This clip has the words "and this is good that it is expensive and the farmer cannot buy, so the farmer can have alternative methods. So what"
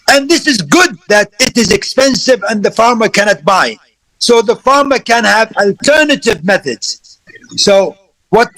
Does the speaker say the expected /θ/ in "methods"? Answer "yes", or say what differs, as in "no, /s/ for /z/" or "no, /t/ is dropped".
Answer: yes